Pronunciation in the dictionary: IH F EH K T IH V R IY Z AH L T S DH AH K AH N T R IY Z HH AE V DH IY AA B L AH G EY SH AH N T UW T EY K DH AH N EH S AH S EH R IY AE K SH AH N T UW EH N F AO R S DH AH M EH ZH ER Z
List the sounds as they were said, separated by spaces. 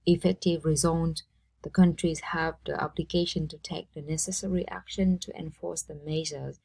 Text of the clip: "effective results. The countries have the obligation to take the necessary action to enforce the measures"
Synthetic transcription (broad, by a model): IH F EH K T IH V R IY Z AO N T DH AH K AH N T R IY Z HH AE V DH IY AA B L AH G EY SH AH N T UW T EY K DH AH N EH S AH S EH R IY AE K SH AH N T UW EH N F AO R S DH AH M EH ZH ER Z